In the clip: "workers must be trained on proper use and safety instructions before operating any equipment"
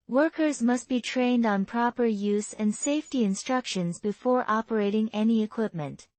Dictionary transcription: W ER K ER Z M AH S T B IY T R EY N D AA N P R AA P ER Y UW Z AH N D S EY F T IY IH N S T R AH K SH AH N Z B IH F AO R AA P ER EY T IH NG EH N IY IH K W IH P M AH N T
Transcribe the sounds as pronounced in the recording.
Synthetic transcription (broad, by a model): W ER K ER Z M AH S T B IY T R EY N D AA N P R AA P ER Y UW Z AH N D S EY F T IY IH N S T R AH K SH AH N Z B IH F AO R AA P ER EY T IH NG EH N IY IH K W IH P M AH N T